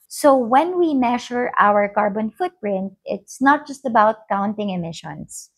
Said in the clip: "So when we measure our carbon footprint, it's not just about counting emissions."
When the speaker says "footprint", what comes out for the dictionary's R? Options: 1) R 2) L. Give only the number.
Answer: 1